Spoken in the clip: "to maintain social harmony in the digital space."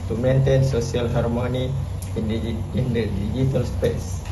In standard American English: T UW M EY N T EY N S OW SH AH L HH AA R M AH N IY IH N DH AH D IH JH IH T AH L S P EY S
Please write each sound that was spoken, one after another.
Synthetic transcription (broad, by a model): T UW M EY N T EY N S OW S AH L HH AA R M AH N IY IH N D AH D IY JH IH T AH L S P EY S